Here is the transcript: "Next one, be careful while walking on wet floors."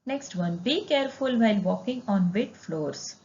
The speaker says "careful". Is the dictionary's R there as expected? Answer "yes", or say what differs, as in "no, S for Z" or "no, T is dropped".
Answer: yes